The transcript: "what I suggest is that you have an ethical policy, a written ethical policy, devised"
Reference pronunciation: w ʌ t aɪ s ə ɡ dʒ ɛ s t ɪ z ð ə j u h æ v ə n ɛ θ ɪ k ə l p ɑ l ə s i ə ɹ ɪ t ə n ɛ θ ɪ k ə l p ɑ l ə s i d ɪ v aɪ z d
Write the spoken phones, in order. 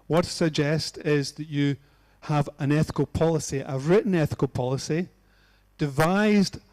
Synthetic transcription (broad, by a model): w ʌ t s ə ɡ dʒ ɛ s t ɪ z ð ə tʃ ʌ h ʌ v ə n ɛ θ ɪ k ə l p ɑ l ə s i ə ɹ ɪ t n ɛ θ ɪ k ə l p ɑ l ə s i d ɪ v aɪ z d